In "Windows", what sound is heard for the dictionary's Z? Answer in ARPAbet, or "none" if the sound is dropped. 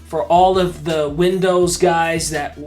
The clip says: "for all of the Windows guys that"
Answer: Z